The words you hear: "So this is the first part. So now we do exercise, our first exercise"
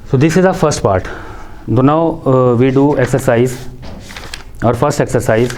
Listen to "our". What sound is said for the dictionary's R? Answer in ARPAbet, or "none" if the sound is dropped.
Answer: R